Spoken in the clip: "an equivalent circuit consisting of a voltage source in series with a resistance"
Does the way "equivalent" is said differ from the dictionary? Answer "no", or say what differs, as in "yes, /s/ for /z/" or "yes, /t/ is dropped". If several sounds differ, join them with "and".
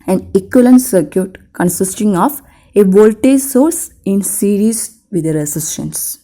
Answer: yes, /v/ is dropped